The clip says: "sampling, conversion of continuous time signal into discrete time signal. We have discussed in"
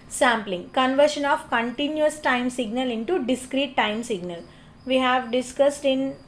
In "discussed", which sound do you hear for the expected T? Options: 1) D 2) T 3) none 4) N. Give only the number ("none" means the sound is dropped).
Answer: 2